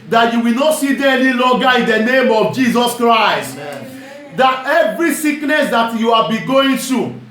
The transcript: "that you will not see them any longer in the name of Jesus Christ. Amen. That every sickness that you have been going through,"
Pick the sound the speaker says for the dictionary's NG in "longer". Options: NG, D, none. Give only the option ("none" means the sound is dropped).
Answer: none